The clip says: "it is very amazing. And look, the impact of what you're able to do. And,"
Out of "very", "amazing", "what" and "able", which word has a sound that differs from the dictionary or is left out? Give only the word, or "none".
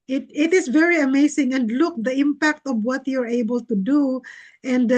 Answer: amazing